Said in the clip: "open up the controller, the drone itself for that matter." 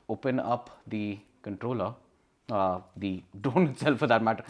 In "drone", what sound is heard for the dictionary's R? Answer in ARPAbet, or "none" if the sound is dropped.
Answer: none